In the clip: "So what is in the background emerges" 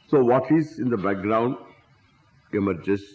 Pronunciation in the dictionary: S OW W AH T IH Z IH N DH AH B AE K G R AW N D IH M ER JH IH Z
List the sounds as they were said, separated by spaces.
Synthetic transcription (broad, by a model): S OW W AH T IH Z IH N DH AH B AE K G R AW N D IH M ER JH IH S